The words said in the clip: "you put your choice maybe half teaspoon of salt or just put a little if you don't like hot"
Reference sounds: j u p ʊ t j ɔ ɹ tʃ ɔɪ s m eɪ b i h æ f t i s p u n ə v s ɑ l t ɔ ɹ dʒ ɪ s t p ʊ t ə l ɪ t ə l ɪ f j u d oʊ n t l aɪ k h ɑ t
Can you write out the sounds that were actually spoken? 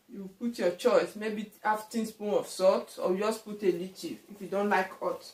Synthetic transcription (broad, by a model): j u p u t j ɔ tʃ ɔɪ s m eɪ b i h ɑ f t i s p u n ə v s ɑ t ɔ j dʒ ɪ s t p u t ə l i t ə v ɪ f j u d oʊ n t l aɪ k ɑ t